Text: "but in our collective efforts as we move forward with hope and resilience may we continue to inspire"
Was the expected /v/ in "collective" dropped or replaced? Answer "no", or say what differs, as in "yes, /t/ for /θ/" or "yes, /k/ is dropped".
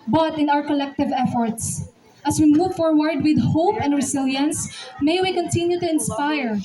no